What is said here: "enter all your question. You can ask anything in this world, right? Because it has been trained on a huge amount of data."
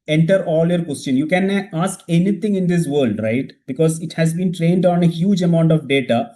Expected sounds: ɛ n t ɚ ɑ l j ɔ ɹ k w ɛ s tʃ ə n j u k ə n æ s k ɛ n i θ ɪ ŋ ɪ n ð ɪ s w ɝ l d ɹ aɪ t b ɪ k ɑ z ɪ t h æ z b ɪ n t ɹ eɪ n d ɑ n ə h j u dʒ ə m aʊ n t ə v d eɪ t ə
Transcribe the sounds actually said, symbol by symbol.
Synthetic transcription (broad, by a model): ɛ n t ɚ ɑ l j ɔ ɹ k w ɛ s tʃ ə n j u k ə n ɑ s k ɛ n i t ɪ ŋ ɪ n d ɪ s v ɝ l d ɹ aɪ t b ɪ k ɑ z ɪ t h æ z b ɪ n t ɹ eɪ n d ɑ n ə h j u dʒ ə m aʊ n t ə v d eɪ t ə